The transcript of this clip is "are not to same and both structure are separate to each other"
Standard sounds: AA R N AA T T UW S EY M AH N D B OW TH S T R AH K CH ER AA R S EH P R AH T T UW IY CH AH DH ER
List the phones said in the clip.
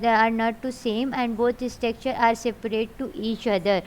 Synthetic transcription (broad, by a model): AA R N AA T T UW S EY M AH N D B OW T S T AH K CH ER AA R S EH P R AH T T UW IY CH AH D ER